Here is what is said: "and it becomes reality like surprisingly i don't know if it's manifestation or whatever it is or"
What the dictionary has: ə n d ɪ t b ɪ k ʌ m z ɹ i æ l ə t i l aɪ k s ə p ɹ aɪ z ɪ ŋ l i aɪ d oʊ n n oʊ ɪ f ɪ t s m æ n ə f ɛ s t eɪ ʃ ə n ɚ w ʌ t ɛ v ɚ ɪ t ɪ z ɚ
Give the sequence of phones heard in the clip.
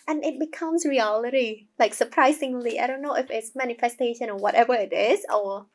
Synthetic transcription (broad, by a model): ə n ɪ t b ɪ k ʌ m s ɹ i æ l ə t i l aɪ k s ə p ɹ aɪ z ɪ ŋ l i aɪ d oʊ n n oʊ ɪ f ɪ t s m æ n ə f ɛ s t eɪ ʃ ə n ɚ w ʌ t ɛ v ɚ ɪ t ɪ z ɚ